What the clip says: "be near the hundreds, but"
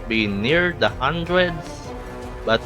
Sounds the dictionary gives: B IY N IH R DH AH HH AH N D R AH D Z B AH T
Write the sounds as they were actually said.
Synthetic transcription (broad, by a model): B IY N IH R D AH HH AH N D R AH D S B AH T